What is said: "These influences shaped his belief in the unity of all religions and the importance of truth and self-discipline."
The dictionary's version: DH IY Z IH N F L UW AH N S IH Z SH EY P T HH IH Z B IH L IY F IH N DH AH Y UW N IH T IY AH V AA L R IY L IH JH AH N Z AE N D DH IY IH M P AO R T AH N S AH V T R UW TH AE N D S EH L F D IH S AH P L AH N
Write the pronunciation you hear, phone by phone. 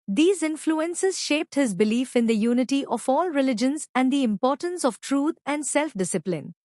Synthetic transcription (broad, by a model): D IY Z IH N F L UW AH N S IH Z SH EY P T HH IH Z B IH L IY F IH N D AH Y UW N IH T IY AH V AA L R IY L IH JH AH N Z AE N D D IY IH M P AO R T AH N S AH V T R UW T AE N D S EH L F D IH S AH P L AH N